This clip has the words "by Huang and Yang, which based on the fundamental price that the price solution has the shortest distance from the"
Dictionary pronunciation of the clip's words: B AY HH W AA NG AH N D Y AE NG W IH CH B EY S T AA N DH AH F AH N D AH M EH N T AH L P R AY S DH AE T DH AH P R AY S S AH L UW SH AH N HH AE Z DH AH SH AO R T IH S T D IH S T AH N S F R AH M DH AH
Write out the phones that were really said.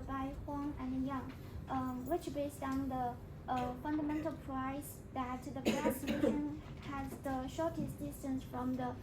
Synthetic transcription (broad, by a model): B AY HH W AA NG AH N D Y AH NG W IH CH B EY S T AA N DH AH F AH N D AH M EH N T AH L P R AY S DH AE T DH AH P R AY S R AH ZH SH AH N HH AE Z DH AH SH AO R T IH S D IH S T AH N S F R AH M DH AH